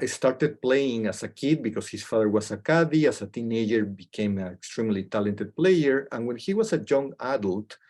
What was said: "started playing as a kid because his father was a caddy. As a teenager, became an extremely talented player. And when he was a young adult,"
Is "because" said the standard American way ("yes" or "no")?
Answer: no